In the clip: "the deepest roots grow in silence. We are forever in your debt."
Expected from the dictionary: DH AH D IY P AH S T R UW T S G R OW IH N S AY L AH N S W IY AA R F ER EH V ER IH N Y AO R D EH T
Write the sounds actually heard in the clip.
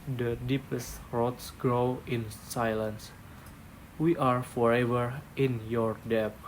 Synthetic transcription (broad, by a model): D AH D IY P AH S T R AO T S G R OW IH N S AY L AH N S W IY AA R F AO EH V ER IH N Y AO R D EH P